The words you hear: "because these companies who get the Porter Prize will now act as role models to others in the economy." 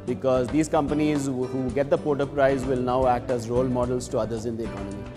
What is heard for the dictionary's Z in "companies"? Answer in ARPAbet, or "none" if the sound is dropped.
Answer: Z